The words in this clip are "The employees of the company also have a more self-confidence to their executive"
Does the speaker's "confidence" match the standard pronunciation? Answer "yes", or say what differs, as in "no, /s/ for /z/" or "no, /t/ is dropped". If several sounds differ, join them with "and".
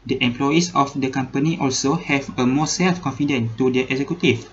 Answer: no, /s/ is dropped